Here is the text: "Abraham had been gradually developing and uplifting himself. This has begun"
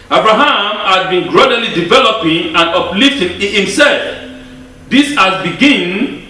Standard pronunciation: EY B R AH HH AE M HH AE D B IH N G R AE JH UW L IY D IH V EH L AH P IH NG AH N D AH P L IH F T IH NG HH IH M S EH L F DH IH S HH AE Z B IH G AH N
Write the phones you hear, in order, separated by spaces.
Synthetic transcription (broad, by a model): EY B R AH HH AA M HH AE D B IH N G R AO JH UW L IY D IH V EH L AH P IH NG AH N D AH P L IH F T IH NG HH IH M S EH L F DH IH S HH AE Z B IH G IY N